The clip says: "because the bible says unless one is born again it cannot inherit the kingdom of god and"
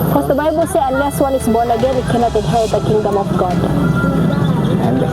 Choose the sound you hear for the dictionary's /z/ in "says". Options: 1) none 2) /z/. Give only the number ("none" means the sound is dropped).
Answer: 1